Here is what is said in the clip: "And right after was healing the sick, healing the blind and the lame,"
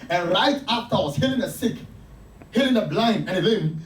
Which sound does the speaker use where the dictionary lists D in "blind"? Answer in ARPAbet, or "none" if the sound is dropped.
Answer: none